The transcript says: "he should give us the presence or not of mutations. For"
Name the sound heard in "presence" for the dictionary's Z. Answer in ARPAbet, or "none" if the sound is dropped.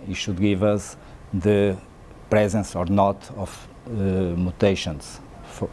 Z